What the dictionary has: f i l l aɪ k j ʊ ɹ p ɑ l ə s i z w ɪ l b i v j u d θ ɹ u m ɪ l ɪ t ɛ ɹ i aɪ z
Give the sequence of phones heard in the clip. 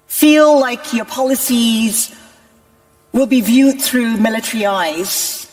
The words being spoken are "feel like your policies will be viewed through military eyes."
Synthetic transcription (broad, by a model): f i l l aɪ k j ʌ ɹ p ɑ l ə s i z w ɪ l b i v j u d θ ɹ u m ɪ l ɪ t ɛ ɹ i aɪ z